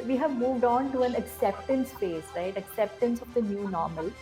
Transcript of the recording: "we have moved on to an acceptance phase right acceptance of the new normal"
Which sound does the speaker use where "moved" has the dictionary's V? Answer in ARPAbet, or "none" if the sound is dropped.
V